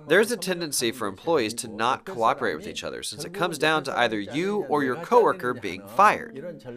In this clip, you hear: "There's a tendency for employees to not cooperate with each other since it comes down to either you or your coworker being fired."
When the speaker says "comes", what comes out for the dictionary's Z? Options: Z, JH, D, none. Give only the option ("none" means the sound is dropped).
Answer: Z